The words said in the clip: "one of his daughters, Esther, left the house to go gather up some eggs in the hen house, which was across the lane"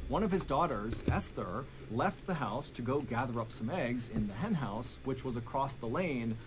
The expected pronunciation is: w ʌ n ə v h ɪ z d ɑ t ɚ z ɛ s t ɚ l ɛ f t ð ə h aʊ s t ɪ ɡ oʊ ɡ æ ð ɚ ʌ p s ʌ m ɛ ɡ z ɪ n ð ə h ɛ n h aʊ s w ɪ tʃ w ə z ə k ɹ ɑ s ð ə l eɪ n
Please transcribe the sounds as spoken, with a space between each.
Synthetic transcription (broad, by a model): w ʌ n ə v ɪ z d ɑ t ɚ z ɛ s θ ɚ l ɛ f t ð ə h aʊ s t ɪ ɡ oʊ ɡ æ ð ɚ ʌ p s ʌ m ɛ ɡ z ɪ n ð ə h ɛ n h aʊ s w ɪ tʃ w ə z ə k ɹ ɑ s ð ə l eɪ n